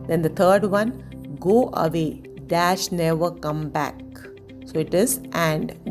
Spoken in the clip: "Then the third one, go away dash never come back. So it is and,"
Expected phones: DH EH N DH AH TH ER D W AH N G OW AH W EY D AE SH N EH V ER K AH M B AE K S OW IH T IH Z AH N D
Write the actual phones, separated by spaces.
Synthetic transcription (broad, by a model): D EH N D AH T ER D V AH N G OW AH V EY D AE SH N EH V ER K AH M B AE K S OW IH T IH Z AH N D